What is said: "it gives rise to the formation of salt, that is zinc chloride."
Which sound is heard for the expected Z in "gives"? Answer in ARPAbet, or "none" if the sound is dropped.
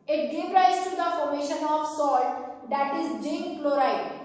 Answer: none